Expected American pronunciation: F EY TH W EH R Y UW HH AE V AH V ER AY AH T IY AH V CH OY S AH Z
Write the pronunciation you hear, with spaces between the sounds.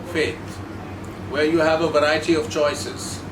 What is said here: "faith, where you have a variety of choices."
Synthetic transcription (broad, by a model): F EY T W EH Y UW HH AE V AH V ER AY AH T IY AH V CH OY S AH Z